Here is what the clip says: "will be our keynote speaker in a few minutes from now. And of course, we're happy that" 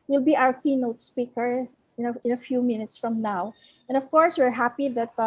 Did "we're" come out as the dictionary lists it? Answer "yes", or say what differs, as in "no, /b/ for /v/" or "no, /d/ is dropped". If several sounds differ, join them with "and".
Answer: yes